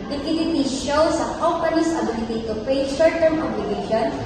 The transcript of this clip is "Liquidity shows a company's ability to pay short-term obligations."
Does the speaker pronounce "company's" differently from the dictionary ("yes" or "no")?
yes